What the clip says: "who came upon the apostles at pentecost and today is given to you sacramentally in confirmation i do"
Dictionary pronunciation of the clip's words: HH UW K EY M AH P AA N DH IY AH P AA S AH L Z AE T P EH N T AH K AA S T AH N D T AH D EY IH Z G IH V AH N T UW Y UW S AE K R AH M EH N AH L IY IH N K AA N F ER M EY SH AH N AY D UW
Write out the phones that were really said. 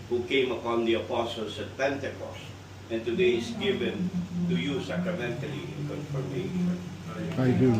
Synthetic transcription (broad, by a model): HH UW K EY M AH P AA N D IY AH P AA S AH L S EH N P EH N T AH K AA S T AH N T AH D EY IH S G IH V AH N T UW Y UW S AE K R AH M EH N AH L IY IH N K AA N F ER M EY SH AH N AY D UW